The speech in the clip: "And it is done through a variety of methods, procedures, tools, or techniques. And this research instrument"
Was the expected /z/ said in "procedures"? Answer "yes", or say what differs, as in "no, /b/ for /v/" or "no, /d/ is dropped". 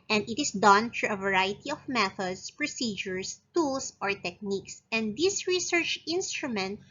no, /s/ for /z/